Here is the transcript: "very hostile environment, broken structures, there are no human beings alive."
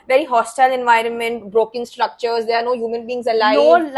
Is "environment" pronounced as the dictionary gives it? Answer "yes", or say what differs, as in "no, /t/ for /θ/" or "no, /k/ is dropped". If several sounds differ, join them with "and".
yes